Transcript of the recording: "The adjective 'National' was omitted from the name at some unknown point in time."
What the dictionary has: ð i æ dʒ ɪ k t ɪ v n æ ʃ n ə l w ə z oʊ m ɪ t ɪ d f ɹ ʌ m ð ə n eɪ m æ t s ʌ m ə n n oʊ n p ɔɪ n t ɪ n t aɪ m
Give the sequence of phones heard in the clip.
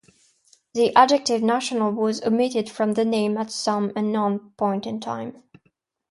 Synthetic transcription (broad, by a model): ð i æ dʒ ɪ k t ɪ v n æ ʃ n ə l w ə z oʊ m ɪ t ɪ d f ɹ ʌ m ð ə n eɪ m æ t s ʌ m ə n n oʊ n p ɔɪ n t ɪ n t aɪ m